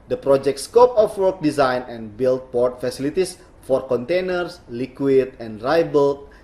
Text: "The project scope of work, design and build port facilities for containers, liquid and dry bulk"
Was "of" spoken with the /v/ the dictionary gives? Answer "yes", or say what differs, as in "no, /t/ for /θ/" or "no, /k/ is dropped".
no, /f/ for /v/